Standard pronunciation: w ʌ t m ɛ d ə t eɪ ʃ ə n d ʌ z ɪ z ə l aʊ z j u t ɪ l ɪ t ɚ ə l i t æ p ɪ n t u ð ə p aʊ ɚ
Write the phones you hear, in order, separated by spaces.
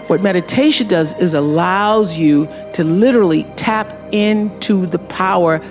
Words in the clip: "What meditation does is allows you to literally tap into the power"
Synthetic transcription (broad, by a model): w ʌ t m ɛ d ə t eɪ ʃ ə n d ʌ z ɪ z ə l aʊ z j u t ɪ l ɪ t ɚ l i t æ p ɪ n t u ð ə p aʊ ɚ